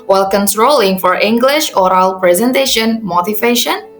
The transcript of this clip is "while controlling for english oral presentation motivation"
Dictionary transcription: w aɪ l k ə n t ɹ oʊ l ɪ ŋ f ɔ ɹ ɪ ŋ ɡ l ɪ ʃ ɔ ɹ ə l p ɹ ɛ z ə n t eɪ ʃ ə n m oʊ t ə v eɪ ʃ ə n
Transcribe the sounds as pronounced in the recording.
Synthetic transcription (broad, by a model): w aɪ l k ə n t ɹ oʊ l ɪ ŋ f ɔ ɹ ɪ ŋ ɡ l ɪ ʃ ɔ ɹ ə l p ɹ ɛ z ə n t eɪ ʃ ə n m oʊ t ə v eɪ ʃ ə n